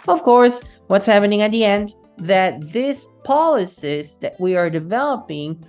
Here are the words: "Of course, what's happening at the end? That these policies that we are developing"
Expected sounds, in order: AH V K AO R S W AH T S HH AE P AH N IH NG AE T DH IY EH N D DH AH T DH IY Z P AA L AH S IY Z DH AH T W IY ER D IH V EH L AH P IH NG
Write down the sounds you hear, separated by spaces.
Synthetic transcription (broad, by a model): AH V K AO R S W AH T S HH AE P AH N IH NG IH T DH IY EH N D DH AH T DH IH S P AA L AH S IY S DH AH T W IY ER D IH V EH L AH P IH NG